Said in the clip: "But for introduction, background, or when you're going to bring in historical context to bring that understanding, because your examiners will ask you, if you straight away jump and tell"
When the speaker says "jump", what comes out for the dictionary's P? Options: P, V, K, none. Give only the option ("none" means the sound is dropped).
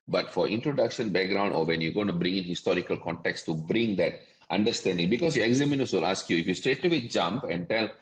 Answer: P